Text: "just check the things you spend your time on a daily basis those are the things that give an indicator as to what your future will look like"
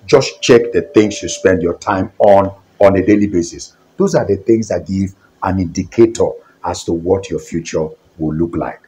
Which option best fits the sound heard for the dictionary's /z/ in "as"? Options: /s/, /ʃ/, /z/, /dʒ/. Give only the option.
/s/